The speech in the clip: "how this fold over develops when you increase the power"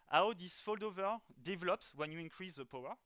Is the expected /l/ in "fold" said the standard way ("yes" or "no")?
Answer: yes